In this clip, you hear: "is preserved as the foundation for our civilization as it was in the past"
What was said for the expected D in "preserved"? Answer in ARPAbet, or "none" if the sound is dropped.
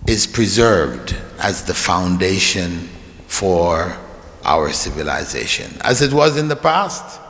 D